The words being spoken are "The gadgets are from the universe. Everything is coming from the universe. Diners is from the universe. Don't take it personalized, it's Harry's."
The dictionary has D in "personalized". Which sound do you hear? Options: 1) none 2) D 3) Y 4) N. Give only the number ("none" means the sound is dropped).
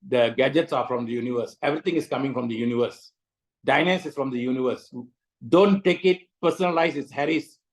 1